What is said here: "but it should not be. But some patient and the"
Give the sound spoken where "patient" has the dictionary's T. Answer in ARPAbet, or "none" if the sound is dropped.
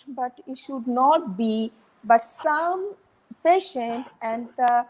T